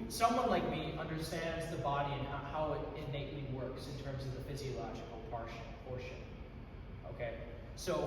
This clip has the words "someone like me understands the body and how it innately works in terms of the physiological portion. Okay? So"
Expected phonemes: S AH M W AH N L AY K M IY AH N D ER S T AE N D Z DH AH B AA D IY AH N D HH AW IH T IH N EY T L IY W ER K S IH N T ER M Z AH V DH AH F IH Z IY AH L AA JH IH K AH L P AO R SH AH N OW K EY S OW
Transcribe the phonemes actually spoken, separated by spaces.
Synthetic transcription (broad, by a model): S AH M W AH N L AY K M IY AH N D ER S T AE N D Z DH AH B AA D IY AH N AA HH AW IH T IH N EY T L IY W ER K S IH N T ER M Z AH V DH AH F IH Z IY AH L AA JH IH K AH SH P AO R SH AH N OW K EY S OW